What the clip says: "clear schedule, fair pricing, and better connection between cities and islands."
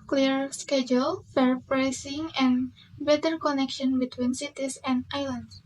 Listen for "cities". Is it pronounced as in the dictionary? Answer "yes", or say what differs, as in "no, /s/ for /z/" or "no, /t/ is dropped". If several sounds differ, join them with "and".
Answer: no, /s/ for /z/